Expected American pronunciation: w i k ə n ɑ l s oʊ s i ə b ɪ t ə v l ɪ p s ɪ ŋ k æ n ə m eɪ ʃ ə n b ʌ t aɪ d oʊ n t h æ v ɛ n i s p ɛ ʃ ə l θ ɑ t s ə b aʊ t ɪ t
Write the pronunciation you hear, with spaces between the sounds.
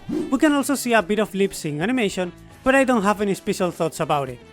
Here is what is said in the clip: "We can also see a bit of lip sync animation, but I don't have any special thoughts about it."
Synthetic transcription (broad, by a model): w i k ə n ɑ l s oʊ s i ə b ɪ t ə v l ɪ p s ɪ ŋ æ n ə m eɪ ʃ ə n b ʌ t aɪ d oʊ n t h æ v ɛ n i s p ɛ ʃ ə l θ ɑ t s ə b aʊ t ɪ t